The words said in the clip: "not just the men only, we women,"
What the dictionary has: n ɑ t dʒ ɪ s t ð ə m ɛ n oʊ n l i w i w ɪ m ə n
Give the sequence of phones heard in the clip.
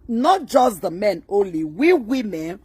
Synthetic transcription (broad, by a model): n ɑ t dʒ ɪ s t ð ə m ɛ n oʊ n l i w i w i m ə n